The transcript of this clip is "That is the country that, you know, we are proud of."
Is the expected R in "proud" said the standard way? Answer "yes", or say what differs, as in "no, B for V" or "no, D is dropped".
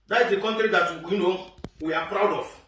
yes